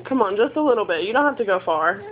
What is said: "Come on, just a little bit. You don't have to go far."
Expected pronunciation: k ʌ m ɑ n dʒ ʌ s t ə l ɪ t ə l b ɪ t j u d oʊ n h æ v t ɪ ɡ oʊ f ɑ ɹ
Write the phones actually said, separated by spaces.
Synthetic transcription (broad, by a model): k ʌ m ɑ n dʒ ʌ s t ə l ɪ t l b ɪ t j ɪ d oʊ n h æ f t ɪ ɡ oʊ f ɑ ɹ